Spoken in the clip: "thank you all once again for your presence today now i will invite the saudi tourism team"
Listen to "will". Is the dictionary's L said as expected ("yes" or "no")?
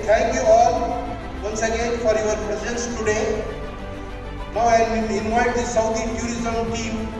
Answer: no